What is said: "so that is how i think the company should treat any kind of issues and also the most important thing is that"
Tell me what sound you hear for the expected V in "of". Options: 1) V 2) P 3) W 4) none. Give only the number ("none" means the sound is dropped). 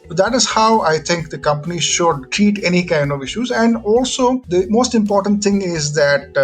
1